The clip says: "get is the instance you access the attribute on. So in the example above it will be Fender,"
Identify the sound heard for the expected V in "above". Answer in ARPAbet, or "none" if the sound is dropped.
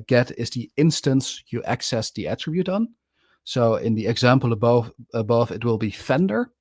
V